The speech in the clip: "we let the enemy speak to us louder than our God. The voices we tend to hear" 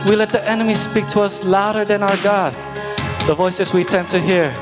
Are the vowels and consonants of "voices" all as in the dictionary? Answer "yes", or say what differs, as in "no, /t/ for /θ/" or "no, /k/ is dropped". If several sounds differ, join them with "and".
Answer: yes